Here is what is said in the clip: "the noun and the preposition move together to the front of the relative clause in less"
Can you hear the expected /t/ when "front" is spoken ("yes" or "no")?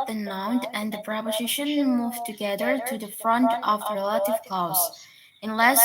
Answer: yes